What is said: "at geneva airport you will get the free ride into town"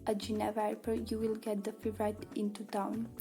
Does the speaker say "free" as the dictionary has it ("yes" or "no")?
no